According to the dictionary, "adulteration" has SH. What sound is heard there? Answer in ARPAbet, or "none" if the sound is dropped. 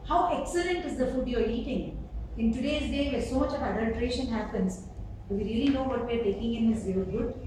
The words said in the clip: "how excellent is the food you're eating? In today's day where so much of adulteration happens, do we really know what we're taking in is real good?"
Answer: SH